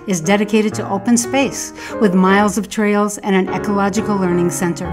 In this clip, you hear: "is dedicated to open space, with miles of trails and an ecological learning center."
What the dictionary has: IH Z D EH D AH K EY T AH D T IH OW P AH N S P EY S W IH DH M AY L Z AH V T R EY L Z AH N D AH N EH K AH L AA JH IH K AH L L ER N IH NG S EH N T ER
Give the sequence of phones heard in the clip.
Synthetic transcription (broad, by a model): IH Z D EH D AH K EY T AH D T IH OW P AH N S P EY S W IH DH M AY L Z AH V T R EY L Z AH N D AH N EH K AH L AA JH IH K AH L L ER N IH NG S EH N T ER